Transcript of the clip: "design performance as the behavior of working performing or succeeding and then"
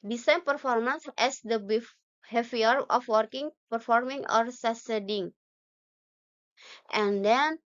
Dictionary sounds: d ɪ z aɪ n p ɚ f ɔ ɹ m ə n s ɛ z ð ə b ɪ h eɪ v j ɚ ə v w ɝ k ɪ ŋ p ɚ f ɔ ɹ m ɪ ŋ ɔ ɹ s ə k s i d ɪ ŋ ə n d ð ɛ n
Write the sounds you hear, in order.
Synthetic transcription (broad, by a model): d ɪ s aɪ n p ɚ f ɔ ɹ m ə n s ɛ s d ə b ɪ h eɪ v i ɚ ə f w ɝ k ɪ ŋ p ɚ f ɔ ɹ m ɪ ŋ ɔ ɹ s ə s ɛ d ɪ ŋ ə n d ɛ n